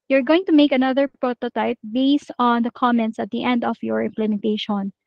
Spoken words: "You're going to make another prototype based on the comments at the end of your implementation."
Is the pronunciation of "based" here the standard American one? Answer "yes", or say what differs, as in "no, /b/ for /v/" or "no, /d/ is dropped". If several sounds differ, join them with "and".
yes